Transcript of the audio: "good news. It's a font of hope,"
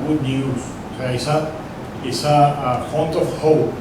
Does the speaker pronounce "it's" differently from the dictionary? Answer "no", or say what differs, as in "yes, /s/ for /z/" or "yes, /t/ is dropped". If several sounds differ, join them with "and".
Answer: yes, /s/ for /t/